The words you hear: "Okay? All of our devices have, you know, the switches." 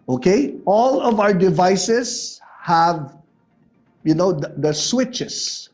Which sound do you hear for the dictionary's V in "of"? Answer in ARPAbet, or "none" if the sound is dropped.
V